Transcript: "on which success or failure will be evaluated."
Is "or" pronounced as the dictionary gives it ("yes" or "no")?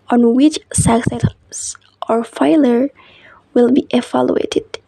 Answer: yes